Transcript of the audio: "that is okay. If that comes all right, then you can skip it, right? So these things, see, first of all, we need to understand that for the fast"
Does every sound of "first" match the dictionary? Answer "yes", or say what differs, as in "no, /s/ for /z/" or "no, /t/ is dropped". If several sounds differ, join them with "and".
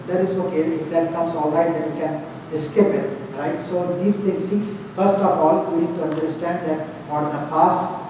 yes